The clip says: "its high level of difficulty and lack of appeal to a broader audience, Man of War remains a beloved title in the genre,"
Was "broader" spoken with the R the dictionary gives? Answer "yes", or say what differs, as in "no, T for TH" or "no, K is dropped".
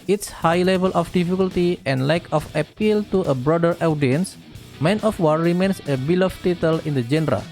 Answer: yes